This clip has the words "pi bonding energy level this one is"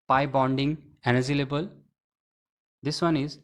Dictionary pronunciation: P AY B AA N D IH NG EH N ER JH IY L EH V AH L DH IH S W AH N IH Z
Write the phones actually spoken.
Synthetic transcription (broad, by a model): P AY B AA N D IH NG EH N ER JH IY L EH B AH L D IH S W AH N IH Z